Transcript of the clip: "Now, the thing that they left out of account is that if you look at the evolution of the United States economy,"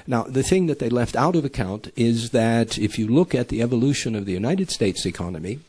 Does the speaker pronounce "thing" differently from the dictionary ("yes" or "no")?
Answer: no